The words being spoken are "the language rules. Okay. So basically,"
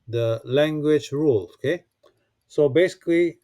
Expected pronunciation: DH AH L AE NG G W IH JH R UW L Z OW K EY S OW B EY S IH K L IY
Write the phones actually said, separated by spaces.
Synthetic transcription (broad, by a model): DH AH L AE NG G W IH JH R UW L OW K EY S OW B EY S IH K L IY